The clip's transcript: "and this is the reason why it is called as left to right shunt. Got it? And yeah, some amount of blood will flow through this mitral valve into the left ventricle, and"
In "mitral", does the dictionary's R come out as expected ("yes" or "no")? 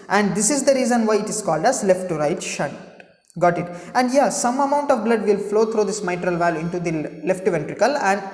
yes